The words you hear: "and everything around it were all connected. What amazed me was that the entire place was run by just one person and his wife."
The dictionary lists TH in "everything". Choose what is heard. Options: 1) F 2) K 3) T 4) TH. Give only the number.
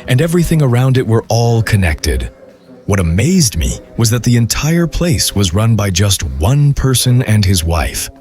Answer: 4